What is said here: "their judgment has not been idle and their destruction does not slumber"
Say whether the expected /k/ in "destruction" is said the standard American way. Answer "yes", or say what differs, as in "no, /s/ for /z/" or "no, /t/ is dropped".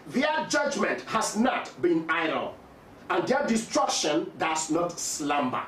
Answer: yes